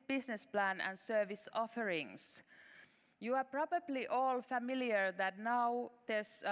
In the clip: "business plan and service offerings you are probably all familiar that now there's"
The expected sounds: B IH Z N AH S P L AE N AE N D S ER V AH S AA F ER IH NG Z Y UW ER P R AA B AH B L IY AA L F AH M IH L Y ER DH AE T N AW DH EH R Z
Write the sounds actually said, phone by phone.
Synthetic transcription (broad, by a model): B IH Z N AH S P L AE N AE N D S ER V AH S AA F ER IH NG S Y UW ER P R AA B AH B L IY AA L F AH M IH L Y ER DH AE T N AW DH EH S